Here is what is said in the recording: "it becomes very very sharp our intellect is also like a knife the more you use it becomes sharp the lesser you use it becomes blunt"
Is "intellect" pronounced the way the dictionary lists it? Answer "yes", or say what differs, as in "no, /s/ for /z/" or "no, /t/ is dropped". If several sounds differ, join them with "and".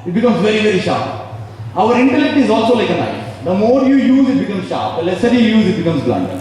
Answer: yes